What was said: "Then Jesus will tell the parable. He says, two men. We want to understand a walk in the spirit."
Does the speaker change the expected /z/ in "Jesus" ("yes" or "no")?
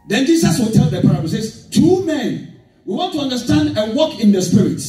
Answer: yes